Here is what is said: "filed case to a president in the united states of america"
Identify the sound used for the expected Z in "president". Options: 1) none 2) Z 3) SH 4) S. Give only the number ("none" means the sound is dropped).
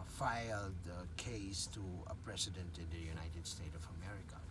4